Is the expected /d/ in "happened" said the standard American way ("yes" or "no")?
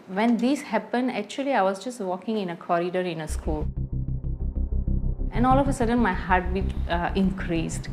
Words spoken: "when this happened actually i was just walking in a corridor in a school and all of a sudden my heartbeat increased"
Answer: yes